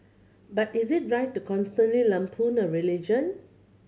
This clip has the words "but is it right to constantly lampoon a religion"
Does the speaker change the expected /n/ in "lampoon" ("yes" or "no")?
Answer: no